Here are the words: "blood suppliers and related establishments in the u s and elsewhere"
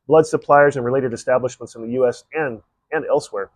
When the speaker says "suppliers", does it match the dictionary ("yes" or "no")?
yes